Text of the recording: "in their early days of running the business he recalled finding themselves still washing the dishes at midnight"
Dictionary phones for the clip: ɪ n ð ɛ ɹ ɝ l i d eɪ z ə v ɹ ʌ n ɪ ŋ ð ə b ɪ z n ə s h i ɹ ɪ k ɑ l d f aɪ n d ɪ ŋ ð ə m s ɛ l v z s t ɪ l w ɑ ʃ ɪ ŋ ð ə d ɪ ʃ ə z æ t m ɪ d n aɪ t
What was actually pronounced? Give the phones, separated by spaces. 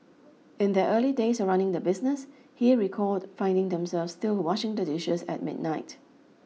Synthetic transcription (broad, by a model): ɪ n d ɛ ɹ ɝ l i d eɪ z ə ɹ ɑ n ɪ ŋ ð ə b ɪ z n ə s h i ɹ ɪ k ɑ d f aɪ n d ɪ ŋ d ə m s ɛ l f s t ɪ l w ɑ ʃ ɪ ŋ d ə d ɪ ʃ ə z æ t m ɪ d n aɪ t